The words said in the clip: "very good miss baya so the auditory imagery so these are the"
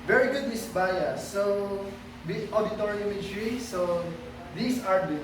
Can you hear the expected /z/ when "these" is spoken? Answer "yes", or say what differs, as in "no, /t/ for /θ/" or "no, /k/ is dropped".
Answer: no, /s/ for /z/